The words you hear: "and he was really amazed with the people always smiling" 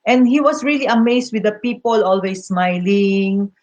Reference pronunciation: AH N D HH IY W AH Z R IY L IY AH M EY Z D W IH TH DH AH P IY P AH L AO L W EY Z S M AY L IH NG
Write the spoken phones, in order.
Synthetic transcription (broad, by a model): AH N D HH IY W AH S R IY L IY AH M EY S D W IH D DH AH P IY P AH L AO L W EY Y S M AY L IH NG